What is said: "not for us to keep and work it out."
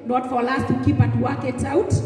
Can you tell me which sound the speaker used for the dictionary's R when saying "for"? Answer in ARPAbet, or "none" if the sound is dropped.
L